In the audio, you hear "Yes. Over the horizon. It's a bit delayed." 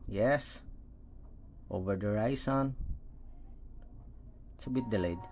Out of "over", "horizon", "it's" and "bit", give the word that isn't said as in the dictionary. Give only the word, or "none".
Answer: horizon